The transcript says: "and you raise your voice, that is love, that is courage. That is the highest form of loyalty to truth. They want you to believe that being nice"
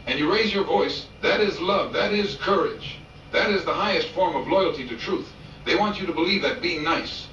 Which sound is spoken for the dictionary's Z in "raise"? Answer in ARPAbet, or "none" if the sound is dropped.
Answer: Z